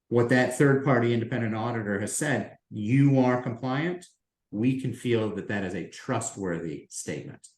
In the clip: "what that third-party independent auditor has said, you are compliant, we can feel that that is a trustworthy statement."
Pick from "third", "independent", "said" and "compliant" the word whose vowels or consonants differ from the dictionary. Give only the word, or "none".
none